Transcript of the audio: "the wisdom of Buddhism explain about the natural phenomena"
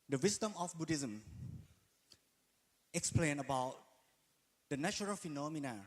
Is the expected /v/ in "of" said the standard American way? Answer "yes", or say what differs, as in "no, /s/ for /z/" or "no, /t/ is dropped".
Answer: no, /f/ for /v/